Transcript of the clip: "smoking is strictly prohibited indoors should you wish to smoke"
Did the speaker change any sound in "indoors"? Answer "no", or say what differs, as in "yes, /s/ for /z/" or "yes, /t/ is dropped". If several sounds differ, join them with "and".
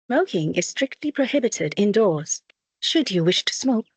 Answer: no